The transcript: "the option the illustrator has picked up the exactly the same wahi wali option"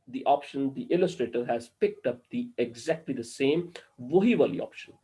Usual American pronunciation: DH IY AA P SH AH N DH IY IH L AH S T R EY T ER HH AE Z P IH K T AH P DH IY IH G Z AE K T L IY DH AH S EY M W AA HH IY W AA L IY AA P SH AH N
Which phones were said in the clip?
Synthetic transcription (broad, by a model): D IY AA P SH AH N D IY IH L AH S T R EY T ER HH AE Z P IH K T AH P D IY IH G Z AE K T L IY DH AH S EY M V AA HH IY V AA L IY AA P SH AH N